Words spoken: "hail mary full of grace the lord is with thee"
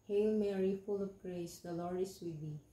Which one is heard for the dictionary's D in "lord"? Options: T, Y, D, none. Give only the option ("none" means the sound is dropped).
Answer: none